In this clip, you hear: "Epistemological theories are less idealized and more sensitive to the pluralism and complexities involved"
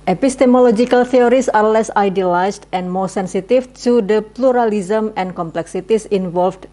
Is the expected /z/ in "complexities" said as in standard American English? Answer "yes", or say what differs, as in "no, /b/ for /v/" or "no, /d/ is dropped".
no, /s/ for /z/